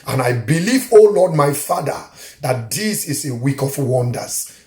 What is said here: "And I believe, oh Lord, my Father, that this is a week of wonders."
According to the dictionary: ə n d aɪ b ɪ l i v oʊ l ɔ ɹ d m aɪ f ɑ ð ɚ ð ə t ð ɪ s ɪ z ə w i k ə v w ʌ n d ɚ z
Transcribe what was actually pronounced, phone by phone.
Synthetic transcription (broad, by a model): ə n aɪ b ɪ l i v oʊ l ɔ d m aɪ f ɑ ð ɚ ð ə t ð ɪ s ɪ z ə w i k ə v w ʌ n d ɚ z